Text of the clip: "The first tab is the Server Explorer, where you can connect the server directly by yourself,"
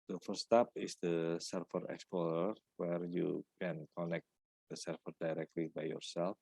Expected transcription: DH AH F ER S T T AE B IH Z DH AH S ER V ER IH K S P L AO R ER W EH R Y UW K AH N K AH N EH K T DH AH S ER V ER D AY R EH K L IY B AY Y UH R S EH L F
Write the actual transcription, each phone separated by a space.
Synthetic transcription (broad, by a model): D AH F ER S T T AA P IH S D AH S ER F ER IH K S P L AO R ER W EH R Y UW K AH N K AH N EH K T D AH S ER F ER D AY R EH K L IY B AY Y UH R S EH L F